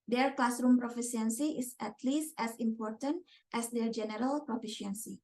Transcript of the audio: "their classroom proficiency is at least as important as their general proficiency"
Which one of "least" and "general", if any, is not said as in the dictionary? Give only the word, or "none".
none